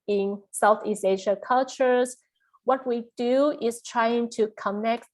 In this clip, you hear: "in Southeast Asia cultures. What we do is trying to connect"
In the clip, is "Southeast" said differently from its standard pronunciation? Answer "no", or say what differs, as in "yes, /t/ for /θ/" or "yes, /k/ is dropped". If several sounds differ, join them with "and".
yes, /t/ is dropped